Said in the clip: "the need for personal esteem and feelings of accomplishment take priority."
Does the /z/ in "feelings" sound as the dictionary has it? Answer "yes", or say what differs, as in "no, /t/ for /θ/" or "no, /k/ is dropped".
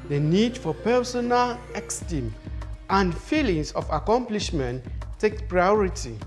no, /s/ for /z/